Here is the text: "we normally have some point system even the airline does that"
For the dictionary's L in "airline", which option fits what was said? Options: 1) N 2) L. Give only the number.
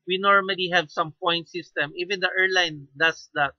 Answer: 2